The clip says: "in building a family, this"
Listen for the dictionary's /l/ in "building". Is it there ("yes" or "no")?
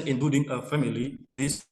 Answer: no